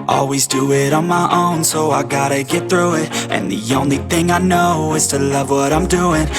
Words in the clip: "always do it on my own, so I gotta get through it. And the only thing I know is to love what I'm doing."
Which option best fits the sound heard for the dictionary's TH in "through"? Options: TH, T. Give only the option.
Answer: TH